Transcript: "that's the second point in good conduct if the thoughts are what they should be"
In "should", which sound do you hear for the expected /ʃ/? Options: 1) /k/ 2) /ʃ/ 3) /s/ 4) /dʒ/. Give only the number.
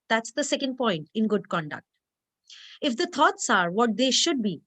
2